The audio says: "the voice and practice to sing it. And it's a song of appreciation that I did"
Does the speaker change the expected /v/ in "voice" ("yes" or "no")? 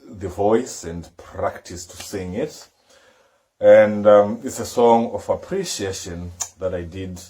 no